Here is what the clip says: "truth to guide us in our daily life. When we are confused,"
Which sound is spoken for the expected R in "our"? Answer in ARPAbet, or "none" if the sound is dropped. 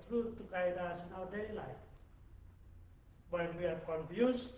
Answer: W